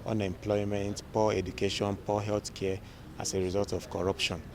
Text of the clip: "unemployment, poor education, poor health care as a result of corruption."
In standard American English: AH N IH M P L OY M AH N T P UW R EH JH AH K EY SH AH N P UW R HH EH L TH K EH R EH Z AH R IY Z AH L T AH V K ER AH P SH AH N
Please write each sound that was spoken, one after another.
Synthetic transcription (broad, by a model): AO N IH M P L OY M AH N T P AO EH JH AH K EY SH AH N P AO HH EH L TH K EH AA S AH R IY Z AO L T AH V K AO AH P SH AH N